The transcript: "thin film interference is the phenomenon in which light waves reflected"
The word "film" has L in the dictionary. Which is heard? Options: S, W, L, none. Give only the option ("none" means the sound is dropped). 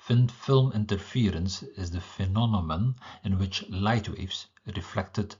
L